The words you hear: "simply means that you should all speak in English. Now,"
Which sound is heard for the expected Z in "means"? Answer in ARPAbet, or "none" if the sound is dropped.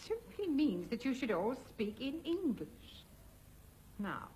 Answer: Z